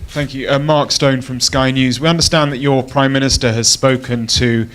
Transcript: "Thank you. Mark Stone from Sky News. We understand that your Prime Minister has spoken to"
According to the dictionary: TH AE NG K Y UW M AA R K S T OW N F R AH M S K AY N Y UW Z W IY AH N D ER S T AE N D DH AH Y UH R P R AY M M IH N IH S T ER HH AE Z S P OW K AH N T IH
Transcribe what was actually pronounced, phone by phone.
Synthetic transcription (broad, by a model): TH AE NG K Y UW M AA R K S T OW N F R AH M S K AY N Y UW Z W IY AH N D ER S T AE N DH AH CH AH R P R AY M M IH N IH S T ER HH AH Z S P OW K AH N T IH